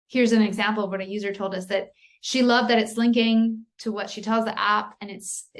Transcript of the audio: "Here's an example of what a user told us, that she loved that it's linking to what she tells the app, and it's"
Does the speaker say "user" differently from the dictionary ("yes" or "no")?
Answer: no